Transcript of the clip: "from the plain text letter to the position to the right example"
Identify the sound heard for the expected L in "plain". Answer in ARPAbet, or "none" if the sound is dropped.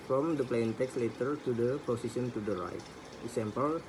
L